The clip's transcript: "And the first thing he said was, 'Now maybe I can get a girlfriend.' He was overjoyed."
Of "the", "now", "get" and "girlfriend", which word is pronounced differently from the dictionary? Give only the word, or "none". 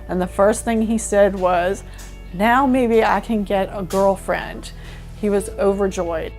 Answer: none